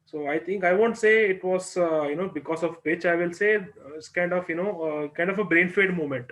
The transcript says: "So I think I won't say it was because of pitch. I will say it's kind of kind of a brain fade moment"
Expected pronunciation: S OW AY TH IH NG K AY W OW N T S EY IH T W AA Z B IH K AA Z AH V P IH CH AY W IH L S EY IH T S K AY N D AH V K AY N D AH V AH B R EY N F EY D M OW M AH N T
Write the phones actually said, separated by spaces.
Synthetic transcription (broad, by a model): S OW AY T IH NG K AY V OW N T S EY IH T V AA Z B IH K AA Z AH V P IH CH AY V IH L S EY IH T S K AY N D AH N K AY N D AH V AH B R EY N F EY D M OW M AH N T